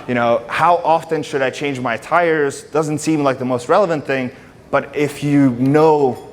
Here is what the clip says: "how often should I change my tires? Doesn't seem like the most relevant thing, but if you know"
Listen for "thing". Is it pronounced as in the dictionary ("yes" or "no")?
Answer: yes